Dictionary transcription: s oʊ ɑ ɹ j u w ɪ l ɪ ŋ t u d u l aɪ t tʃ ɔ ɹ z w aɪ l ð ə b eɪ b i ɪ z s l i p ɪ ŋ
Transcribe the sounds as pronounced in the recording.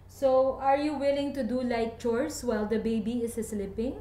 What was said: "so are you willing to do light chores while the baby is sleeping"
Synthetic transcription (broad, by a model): s oʊ ɑ ɹ j u w ɪ l ɪ ŋ t u d u l aɪ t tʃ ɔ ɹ s w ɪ l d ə b eɪ b i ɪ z s l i p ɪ ŋ